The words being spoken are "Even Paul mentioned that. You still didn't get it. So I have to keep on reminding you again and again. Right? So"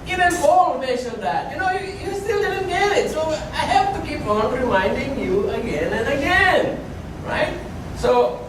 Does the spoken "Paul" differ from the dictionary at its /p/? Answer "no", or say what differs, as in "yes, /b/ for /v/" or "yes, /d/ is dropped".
yes, /f/ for /p/